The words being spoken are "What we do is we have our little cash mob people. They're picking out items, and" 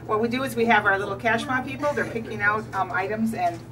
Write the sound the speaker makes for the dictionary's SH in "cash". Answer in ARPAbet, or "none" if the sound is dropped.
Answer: SH